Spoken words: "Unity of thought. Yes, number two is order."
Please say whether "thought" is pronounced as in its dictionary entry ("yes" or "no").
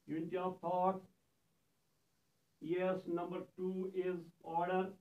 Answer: no